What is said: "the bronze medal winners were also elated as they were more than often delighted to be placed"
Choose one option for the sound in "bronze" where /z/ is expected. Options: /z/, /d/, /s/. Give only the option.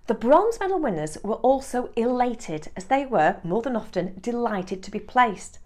/z/